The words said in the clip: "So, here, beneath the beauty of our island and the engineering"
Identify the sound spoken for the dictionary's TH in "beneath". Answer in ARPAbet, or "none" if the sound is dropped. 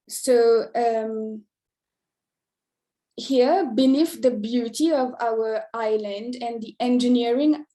F